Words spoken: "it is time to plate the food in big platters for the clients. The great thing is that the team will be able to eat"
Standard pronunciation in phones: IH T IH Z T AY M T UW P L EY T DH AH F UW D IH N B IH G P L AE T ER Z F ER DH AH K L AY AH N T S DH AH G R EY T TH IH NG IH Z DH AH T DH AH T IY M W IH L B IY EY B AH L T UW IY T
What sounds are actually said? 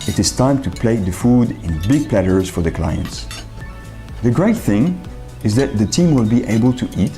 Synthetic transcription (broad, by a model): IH T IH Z T AY M T UW P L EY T DH AH F UW D IH N B IH G P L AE T ER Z F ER DH AH K L AY AH N T S DH AH G R EY T TH IH NG IH Z DH AH T DH AH T IY M W IH L B IY EY B AH L T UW IY T